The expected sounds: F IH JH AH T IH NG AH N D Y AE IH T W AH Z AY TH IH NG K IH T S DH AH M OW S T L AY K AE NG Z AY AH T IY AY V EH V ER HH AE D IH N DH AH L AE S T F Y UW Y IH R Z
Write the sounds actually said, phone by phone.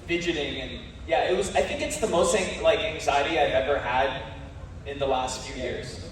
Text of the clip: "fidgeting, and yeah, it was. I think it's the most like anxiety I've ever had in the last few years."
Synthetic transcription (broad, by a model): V IH JH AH T IH NG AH N Y AE IH T W AH Z AY TH IH NG K IH T S DH AH M OW S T L AY K AE NG Z AY AH T IY AY V EH V ER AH D IH N DH AH L AE S T F Y UW Y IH R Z